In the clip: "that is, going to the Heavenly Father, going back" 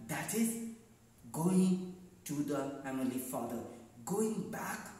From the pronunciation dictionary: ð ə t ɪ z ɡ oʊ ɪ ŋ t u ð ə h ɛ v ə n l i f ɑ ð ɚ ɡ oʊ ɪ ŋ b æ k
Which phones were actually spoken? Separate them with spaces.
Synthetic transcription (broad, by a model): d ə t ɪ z ɡ oʊ ɪ ŋ t u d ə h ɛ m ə l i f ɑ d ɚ ɡ oʊ ɪ ŋ b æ k